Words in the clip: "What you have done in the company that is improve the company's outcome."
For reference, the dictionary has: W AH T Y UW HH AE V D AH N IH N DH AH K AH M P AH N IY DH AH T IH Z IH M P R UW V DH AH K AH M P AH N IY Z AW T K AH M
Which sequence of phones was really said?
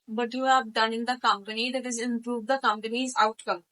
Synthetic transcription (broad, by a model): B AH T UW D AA P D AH N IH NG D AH K AH M P AH N IY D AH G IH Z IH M P R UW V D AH K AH M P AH N IY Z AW T K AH M